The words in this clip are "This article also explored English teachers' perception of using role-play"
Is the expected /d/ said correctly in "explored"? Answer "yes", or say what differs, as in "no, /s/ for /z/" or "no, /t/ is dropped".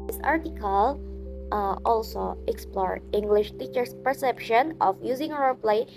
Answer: no, /d/ is dropped